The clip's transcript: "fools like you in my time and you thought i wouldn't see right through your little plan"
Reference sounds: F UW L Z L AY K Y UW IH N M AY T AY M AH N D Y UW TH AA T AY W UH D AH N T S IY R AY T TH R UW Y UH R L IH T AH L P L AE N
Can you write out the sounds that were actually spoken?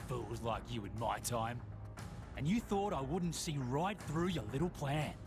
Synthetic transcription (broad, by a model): F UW L Z L AY K Y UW IH N M AY T AY M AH N Y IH TH AA T AY W UH D N T S IY R AY T TH R UW Y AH R L IH T L P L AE N